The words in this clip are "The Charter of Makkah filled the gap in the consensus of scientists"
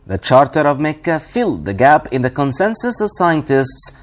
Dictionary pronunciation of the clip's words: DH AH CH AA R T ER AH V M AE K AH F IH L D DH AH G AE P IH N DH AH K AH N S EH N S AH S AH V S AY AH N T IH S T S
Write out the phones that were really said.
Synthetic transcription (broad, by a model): DH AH CH AA R T ER AH V M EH K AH F IH L D DH AH G AE P IH N DH AH K AH N S EH N S AH S AH V S AY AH N T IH S T S